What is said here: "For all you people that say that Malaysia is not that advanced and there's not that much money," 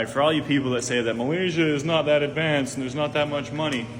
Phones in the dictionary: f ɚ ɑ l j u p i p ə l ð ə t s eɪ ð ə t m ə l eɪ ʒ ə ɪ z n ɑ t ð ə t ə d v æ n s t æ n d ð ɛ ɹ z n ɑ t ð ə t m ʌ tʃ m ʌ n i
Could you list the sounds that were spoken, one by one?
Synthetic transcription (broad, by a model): f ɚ ɑ l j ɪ p i p l ð ə t s eɪ ð ə t m ə l eɪ ʒ ə ɪ z n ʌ t ð ə t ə d v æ n s n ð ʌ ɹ z n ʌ t ð ə t m ʌ tʃ m ʌ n i